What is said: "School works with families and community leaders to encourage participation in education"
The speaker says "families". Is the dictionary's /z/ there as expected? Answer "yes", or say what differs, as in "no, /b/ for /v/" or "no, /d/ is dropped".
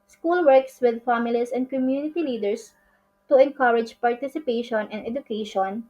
no, /s/ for /z/